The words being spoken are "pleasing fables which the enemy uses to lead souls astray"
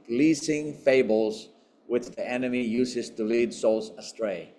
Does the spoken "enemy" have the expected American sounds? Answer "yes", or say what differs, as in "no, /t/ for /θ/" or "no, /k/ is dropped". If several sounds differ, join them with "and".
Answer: yes